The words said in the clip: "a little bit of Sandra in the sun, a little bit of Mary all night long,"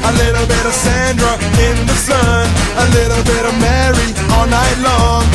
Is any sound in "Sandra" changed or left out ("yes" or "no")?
no